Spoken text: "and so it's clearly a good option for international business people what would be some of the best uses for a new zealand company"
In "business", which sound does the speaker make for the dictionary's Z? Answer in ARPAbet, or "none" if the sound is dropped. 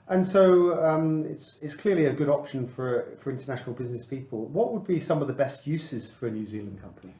Z